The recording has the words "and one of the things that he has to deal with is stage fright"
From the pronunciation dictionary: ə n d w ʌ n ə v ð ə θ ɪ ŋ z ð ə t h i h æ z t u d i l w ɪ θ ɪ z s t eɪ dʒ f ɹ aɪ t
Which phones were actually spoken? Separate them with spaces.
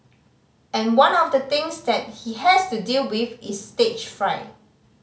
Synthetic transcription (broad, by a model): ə n w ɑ n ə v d ə t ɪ ŋ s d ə t h i h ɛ s t u d i l w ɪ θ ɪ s t eɪ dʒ f ɹ aɪ